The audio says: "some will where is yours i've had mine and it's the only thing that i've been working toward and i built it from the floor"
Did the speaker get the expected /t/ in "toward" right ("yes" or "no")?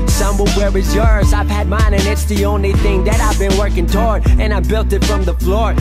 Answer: yes